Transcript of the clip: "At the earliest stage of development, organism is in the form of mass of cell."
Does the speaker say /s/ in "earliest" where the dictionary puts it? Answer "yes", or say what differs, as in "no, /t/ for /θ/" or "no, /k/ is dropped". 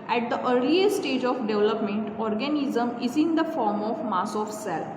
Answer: no, /s/ is dropped